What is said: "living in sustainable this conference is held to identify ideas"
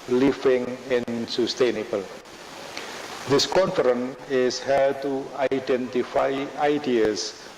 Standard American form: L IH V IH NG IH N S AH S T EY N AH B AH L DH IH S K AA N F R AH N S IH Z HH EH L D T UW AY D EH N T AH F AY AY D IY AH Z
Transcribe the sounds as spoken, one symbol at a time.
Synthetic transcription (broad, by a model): L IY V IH NG IH N S AH S T EY N AH B AH L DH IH S K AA N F R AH N IH S HH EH D T UW AY D EH N T AH F AY AY D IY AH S